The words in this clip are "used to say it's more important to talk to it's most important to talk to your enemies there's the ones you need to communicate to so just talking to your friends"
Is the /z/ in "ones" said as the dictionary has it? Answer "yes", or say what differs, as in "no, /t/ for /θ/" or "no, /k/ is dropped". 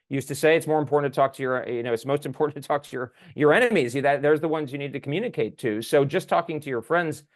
yes